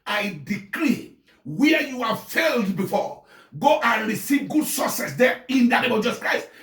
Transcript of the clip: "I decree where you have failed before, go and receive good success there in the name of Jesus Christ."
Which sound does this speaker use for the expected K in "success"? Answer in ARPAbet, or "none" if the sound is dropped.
none